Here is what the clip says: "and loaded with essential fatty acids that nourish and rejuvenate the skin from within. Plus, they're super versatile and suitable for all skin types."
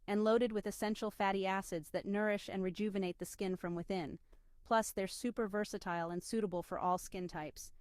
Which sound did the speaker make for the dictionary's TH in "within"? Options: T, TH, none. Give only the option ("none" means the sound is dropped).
TH